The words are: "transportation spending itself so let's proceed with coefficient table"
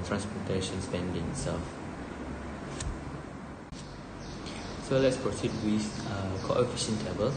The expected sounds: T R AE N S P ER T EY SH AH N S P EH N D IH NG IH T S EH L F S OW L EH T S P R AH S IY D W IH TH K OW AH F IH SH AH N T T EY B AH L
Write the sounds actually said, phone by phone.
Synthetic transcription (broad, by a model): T R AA N S P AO T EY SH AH N S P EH N D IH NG S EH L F S OW L EH T S P R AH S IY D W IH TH K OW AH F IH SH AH N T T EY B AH L